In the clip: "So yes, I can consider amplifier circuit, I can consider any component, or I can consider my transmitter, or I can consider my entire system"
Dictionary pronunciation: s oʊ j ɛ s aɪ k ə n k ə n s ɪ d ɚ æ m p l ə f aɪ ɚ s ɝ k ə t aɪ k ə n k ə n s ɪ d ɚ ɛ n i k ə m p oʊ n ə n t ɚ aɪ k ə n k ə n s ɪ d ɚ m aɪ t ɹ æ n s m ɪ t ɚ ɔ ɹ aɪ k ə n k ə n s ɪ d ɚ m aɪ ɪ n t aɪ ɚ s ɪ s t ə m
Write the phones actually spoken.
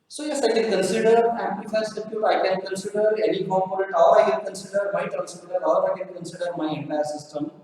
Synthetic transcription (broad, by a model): s oʊ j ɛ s aɪ k ə n k ə n s ɪ d ɚ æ p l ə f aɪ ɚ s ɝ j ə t aɪ k ə n k ə n s ɪ d ɚ ɛ n i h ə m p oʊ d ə t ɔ aɪ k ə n k ə n s ɪ d ɚ m aɪ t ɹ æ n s ɪ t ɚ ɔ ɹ aɪ k ə n k ə n s ɪ d ɚ m aɪ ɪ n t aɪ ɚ s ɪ s t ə m